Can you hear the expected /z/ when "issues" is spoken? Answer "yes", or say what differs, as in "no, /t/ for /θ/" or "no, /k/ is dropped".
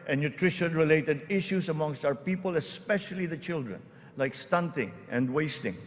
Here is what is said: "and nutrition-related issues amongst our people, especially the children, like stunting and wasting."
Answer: no, /s/ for /z/